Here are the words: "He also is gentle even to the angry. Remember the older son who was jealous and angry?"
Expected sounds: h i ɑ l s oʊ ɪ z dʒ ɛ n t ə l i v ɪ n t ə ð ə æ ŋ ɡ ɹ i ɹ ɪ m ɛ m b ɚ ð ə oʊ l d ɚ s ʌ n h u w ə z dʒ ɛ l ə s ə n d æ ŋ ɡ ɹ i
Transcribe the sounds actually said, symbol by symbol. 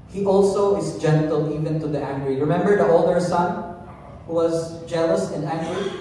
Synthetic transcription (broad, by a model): h i ɑ l s oʊ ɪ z dʒ ɛ n t ə l i v ɪ n t ə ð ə æ ŋ ɡ ɹ i ɹ ɪ m ɛ m b ɚ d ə oʊ l d ɚ s ʌ n h u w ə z dʒ ɛ l ə s ə n d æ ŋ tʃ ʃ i